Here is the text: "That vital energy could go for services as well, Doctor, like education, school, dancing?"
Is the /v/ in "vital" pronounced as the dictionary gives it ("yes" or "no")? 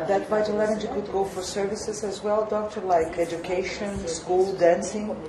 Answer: no